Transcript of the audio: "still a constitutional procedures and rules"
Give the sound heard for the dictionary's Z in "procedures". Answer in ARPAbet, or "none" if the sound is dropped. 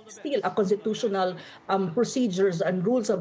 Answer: S